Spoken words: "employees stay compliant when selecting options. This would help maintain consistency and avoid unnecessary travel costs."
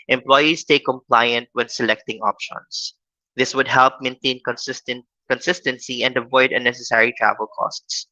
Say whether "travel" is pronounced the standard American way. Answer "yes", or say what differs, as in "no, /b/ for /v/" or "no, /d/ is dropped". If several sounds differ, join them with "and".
yes